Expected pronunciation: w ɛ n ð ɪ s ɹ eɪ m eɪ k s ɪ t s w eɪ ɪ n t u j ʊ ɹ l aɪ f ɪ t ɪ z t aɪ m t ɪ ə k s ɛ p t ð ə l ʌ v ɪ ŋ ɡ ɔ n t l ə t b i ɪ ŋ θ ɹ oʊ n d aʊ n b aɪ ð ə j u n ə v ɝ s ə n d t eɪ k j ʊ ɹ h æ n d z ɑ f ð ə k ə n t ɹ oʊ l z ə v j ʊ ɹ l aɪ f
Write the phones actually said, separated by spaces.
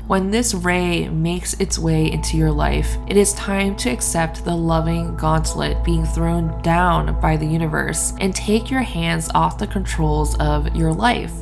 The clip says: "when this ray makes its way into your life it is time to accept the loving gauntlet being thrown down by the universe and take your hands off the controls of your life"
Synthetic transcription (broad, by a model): w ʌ n ð ɪ s ɹ eɪ m eɪ k s ɪ t s w eɪ ɪ n t u j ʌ ɹ l aɪ f ɪ t ɪ z t aɪ m t ɪ ə k s ɛ p t ð ə l ʌ v ɪ ŋ ɡ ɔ n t l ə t b i ɪ ŋ θ ɹ oʊ n d aʊ n b aɪ ð ə j u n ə v ɝ s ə n t eɪ k j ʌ ɹ h æ n d z ɑ f ð ə k ə n t ɹ oʊ l z ə v j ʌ ɹ l aɪ f